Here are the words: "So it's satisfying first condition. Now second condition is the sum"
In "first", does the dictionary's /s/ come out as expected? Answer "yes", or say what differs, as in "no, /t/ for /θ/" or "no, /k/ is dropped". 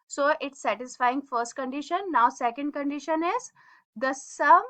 yes